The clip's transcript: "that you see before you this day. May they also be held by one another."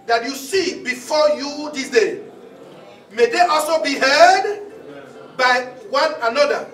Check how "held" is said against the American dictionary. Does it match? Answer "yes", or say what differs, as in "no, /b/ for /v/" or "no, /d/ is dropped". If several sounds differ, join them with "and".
no, /l/ is dropped